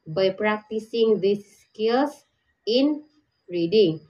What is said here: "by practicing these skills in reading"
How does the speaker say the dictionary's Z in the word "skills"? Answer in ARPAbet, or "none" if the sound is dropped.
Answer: S